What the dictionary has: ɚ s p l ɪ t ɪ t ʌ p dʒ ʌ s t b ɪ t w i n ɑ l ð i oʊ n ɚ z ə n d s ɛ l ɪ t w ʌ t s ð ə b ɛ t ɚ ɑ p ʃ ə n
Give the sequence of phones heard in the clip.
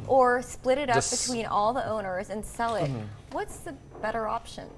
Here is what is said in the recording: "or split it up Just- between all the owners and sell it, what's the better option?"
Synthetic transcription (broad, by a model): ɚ s p l ɪ t ɪ t ʌ p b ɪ t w i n ɑ l ð i oʊ n ɚ z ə n s ɛ l ɪ t w ʌ t s ð ə b ɛ t ɚ ɑ p ʃ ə n